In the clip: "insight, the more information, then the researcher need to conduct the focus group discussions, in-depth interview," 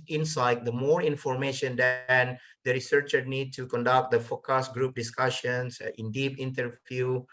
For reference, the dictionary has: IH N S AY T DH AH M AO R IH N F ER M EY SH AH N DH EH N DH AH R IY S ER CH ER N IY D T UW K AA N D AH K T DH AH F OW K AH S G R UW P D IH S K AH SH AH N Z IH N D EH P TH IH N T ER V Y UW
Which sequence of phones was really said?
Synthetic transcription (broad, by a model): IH N S AY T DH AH M AO R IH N F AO M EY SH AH N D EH N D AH R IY S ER CH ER N IY D T UW K AA N D AH K T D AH F OW K AH S G R UW P D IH S K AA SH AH N S IH N D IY P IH N T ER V Y UW